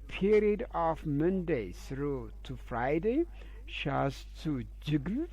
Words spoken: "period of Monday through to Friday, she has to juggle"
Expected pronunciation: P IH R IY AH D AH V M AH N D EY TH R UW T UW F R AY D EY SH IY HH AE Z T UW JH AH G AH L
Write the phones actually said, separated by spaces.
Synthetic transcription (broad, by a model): P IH R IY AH D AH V M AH N D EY S R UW T UW F R AY D EY SH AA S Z T UW JH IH G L